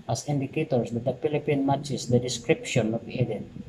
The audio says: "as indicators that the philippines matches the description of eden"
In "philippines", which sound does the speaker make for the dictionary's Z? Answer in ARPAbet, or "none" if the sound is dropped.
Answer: none